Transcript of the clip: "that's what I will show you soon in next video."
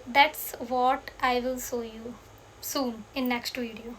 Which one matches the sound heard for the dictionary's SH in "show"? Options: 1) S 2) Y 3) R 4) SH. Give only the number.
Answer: 1